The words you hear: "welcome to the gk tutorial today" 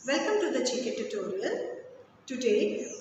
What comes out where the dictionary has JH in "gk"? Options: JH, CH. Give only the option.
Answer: CH